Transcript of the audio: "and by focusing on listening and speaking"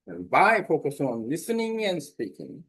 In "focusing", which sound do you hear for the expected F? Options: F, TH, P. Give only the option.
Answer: P